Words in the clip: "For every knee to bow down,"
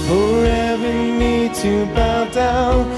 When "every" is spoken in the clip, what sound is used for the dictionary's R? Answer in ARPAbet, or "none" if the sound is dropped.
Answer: none